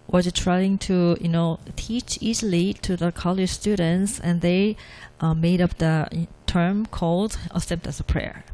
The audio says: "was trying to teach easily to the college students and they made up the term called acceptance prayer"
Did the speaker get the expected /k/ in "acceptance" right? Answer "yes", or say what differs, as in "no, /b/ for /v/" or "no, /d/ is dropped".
no, /k/ is dropped